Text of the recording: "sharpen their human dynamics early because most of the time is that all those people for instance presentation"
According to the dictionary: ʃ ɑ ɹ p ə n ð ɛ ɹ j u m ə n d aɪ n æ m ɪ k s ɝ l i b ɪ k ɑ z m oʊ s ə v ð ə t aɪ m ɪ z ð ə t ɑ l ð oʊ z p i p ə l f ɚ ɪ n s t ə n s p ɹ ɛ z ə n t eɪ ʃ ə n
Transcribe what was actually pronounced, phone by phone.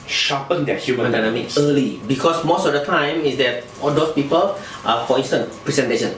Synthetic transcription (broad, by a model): ʃ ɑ p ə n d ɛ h j u m ə n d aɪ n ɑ m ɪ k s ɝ l i b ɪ k ɑ s m oʊ s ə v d ə t aɪ m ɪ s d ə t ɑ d oʊ s p i p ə l f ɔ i n s t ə n p ɹ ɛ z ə n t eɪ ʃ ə n